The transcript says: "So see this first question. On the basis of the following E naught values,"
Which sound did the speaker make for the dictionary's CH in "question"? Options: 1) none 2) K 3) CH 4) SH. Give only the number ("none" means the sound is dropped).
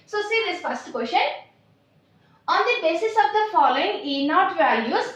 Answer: 4